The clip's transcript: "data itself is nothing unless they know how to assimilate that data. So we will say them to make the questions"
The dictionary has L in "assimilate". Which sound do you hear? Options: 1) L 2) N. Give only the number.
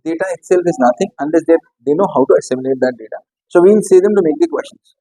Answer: 2